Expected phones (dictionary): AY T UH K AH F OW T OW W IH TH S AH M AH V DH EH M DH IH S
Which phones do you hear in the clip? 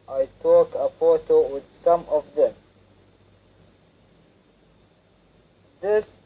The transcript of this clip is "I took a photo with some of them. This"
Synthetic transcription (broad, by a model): AY T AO K AH P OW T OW W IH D S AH M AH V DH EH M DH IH S